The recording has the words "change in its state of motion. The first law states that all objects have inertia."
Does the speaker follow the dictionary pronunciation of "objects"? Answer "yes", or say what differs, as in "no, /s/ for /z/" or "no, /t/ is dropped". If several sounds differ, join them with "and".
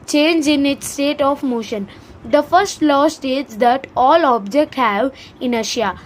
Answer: no, /s/ is dropped